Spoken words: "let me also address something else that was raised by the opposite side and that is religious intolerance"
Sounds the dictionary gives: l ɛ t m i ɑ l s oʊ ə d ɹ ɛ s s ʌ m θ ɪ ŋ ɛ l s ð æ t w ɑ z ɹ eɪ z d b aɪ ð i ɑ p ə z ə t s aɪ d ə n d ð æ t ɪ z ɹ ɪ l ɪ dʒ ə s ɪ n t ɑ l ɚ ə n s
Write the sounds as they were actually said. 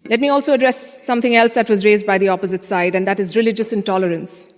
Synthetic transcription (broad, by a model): l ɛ t m i ɑ l s oʊ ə d ɹ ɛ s s ʌ m t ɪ ŋ ɛ l s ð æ t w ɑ z ɹ eɪ z d b aɪ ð i ɑ p ə z ə t s aɪ d ə n d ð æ t ɪ z ɹ ɪ l ɪ dʒ ə s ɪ n t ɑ l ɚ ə n s